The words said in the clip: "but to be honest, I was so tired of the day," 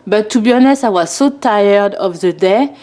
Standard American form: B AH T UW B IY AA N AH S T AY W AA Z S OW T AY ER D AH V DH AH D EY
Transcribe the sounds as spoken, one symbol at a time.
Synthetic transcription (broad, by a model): B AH T UW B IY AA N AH S AY W AA Z S OW T AY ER D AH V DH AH D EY